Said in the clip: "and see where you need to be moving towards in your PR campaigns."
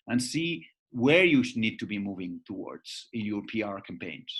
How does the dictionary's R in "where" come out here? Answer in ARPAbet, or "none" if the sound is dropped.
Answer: R